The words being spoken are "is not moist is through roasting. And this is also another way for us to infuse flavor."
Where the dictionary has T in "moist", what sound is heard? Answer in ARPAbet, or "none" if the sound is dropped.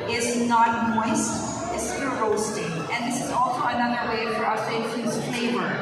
T